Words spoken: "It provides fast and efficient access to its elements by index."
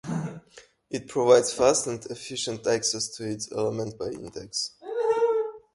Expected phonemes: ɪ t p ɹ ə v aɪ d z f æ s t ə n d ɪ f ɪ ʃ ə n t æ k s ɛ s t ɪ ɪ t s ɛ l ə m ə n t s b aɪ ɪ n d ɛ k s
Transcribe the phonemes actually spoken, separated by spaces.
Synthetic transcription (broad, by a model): ɪ t p ɹ ə v aɪ d z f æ s t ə n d ɪ f ɪ ʃ ə n t æ k s ɛ s t ɪ ɪ t s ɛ l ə m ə n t b aɪ ɪ n d ɛ k s